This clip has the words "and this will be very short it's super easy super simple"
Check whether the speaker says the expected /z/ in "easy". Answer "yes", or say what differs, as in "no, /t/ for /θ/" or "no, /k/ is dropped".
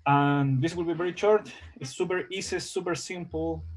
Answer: no, /s/ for /z/